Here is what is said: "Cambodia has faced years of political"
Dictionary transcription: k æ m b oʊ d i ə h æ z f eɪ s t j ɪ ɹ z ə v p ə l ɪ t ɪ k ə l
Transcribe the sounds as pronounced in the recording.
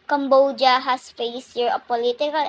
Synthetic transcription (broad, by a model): k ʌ m b oʊ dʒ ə h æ s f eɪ s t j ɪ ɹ ə p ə l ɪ t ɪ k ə l